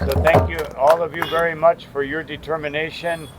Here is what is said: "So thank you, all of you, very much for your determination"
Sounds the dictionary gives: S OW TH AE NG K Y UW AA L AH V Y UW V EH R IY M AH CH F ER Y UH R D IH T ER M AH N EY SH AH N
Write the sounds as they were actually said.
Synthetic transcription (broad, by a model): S OW TH AE NG K Y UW AA L AH V Y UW V EH R IY M AH CH F ER Y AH R D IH T ER M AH N EY SH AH N